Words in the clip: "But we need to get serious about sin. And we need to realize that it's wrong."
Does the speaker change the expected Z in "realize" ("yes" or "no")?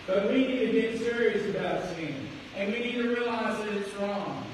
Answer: no